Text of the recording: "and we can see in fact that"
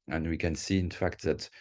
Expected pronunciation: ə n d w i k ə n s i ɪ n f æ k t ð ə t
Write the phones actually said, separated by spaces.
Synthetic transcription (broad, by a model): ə n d w i k ə n s i ɪ n f æ k t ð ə t